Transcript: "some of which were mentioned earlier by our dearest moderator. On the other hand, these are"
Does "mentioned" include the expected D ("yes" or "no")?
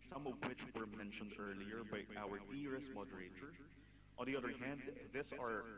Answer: yes